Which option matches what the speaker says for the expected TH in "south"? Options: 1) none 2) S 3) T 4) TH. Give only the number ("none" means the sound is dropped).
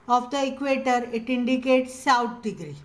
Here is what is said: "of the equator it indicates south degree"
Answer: 3